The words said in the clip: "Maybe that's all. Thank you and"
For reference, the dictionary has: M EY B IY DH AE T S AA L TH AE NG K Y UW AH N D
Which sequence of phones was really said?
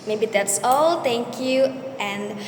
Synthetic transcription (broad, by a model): M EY B IY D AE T S AA L T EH NG K Y UW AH N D